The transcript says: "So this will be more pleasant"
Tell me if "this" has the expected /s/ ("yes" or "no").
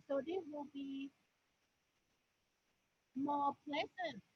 no